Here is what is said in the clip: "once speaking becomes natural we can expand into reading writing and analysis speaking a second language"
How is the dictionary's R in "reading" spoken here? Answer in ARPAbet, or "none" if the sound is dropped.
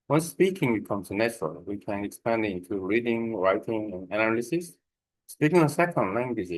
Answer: R